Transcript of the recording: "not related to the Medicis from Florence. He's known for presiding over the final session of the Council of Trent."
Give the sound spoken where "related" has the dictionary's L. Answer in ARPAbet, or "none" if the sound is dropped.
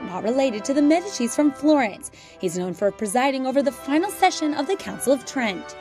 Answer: L